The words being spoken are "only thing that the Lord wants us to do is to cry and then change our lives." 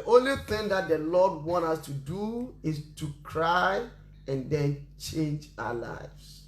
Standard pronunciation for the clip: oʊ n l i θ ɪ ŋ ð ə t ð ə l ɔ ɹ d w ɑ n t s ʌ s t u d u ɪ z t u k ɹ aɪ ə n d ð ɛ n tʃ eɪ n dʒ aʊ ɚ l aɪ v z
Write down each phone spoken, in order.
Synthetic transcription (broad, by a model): oʊ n l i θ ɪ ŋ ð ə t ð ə l ɔ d w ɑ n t ʌ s t u d u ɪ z t u k ɹ aɪ ə n d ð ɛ n tʃ eɪ n dʒ aʊ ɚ l aɪ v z